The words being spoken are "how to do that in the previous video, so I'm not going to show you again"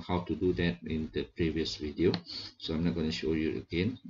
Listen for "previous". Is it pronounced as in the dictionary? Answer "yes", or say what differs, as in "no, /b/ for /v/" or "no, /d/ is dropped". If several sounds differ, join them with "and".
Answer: yes